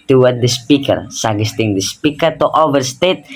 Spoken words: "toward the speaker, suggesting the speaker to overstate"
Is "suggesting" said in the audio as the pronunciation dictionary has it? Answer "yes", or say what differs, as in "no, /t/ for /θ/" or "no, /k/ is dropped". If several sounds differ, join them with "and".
no, /dʒ/ is dropped